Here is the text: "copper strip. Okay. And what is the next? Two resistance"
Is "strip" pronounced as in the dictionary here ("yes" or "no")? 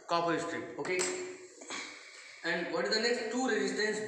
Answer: no